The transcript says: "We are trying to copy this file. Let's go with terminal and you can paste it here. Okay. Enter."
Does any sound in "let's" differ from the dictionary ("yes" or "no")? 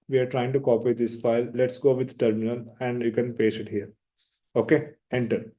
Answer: no